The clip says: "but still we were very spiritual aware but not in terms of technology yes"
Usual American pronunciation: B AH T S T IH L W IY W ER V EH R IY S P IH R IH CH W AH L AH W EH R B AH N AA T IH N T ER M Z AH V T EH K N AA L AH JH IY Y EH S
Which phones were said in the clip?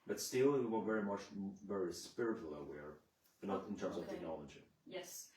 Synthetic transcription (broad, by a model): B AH T S T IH L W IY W ER V EH R IY S P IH R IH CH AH L AH W EH R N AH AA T IH N T ER M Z AH V T EH K N AA L AH JH IY Y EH S